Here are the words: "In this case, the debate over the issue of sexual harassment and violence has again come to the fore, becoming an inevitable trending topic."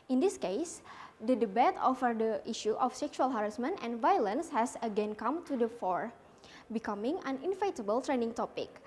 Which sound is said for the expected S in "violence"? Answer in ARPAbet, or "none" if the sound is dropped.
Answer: S